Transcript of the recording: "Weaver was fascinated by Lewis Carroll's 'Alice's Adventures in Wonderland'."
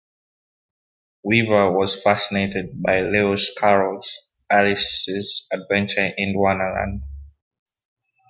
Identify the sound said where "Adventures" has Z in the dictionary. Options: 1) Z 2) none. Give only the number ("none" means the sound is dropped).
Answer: 2